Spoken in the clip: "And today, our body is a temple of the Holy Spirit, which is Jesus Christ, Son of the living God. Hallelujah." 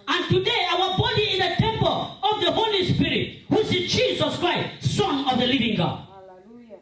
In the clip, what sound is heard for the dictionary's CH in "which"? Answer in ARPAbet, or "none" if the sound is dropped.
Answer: S